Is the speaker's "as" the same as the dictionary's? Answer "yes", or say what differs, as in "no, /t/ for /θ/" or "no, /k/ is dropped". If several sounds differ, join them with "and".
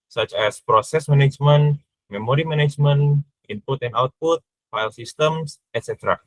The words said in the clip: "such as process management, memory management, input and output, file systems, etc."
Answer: no, /s/ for /z/